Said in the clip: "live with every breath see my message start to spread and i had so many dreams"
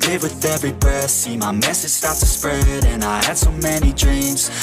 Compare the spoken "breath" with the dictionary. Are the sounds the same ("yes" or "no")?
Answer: no